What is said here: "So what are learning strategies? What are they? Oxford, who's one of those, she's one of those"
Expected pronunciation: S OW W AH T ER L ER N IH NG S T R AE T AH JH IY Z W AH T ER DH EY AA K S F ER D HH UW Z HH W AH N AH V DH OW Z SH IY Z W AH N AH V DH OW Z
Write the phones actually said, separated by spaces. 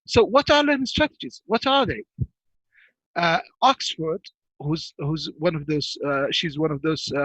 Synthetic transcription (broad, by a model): S OW W AH T ER L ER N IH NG S T R AE T AH JH IY Z W AH T ER DH EY AA K S F ER D HH UW Z HH W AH N AH V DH OW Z SH IY Z W AH N AH V DH OW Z